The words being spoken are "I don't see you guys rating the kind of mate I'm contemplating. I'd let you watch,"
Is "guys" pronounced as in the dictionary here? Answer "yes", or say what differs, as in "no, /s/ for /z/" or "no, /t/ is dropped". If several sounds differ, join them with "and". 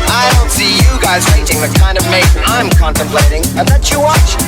yes